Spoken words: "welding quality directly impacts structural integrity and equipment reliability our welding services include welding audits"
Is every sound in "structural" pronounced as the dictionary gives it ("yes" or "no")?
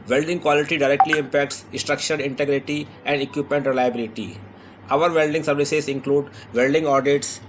no